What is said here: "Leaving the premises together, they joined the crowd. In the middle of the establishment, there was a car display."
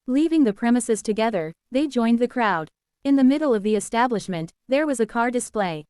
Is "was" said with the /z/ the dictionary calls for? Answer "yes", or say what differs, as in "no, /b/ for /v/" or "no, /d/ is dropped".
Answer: yes